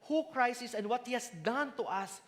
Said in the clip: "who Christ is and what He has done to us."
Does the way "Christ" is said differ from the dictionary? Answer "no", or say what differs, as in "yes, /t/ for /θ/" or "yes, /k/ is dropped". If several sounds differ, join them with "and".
yes, /t/ is dropped